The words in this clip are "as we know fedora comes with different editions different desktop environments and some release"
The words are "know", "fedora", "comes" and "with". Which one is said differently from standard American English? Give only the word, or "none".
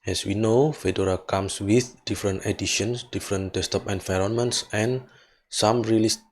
comes